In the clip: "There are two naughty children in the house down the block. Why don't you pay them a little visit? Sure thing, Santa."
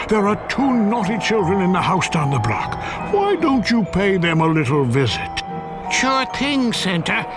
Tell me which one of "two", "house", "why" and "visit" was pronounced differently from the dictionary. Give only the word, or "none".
none